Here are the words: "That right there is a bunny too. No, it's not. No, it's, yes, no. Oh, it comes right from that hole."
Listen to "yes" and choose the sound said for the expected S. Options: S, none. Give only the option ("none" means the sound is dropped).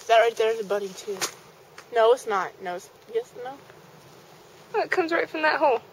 S